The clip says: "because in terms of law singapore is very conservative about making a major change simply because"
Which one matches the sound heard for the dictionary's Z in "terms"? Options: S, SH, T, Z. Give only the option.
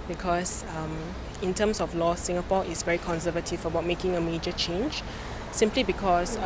S